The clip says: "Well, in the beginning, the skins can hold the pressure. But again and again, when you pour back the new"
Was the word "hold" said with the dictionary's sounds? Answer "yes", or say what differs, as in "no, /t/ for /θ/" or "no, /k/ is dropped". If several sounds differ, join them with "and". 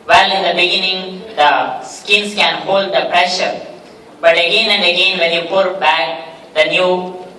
yes